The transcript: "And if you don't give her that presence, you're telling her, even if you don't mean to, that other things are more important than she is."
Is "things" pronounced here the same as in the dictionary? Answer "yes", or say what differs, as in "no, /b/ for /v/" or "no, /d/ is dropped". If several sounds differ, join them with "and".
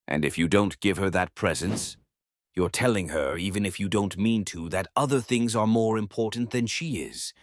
yes